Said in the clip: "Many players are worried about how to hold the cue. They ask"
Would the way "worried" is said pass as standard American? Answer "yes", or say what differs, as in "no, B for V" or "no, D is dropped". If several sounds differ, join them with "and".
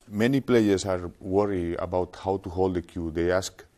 no, D is dropped